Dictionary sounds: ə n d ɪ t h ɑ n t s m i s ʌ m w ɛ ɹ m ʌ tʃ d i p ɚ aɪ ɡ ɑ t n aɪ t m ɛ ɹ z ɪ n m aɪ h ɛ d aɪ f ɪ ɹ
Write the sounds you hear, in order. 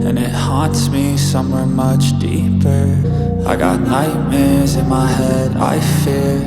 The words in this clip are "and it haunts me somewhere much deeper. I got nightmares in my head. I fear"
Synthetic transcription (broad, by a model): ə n ɪ t h ɑ n t s m i s ʌ m w ɛ ɹ m ʌ tʃ d i p ɚ aɪ ɡ ɑ t n aɪ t m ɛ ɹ z ɪ n m aɪ h ɛ d aɪ f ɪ ɹ